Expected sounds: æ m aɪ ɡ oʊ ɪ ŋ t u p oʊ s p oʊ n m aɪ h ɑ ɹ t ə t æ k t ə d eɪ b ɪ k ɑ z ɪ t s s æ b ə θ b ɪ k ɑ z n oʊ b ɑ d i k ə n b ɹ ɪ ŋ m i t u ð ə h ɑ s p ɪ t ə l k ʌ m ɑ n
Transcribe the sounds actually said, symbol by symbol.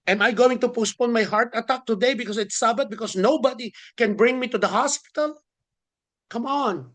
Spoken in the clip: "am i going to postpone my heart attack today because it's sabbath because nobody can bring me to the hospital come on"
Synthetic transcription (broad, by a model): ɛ m aɪ ɡ oʊ ɪ ŋ t u p oʊ s p oʊ n m aɪ h ɑ ɹ t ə t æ k t ə d eɪ b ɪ k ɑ s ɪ t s s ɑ b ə t b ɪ k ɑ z n oʊ b ɑ d i k ə n b ɹ ɪ ŋ m i t u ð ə h ɑ s p ɪ t ə l k ʌ m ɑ n